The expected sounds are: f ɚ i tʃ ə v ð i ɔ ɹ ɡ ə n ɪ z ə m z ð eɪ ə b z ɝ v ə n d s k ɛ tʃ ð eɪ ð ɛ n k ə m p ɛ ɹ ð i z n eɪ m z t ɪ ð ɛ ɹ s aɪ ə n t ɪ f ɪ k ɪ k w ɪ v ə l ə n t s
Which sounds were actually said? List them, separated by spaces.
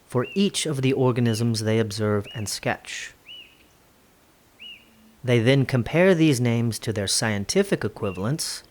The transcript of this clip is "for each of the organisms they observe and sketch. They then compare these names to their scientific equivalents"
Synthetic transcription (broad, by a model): f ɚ i tʃ ə v ð i ɔ ɹ ɡ ə n ɪ z ə m z ð eɪ ə b z ɝ v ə n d s k ɛ tʃ ð eɪ ð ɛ n k ə m p ɛ ɹ ð i z n eɪ m z t ɪ ð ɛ ɹ s aɪ ə n t ɪ f ɪ k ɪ k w ɪ v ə l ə n t s